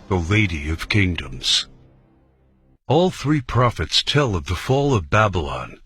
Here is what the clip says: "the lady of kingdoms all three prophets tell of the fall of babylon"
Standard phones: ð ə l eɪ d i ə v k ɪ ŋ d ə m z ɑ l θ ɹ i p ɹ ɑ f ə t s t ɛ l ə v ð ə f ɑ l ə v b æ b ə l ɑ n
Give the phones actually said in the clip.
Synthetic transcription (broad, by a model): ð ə l eɪ d i ə v k ɪ ŋ d ə m z ɑ l θ ɹ i p ɹ ɑ f ə t s t ɛ l ə v ð ə f ɑ l ə v b æ b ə l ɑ n